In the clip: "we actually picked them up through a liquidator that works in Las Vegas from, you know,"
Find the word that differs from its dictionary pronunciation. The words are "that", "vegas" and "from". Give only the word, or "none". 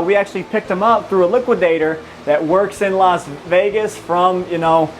none